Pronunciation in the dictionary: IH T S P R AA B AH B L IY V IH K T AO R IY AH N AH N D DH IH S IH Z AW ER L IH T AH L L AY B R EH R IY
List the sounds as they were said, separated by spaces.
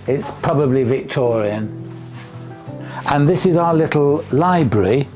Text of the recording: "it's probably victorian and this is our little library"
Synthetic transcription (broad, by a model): IH T S P R AA B AH B L IY V IH K T AO R IY AH N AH N DH IH S IH Z AW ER L IH T L L AY B R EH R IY